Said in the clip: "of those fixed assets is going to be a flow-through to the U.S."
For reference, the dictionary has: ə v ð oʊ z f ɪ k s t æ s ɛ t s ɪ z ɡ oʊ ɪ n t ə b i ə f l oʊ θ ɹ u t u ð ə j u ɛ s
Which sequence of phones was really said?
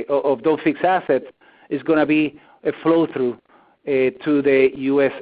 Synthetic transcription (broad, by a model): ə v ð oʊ f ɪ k s æ s ɛ t s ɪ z ɡ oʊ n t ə b i ə f l oʊ θ ɹ u t u ð ə j u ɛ s